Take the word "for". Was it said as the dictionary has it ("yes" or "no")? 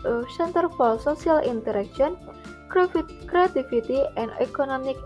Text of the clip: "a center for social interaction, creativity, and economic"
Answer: no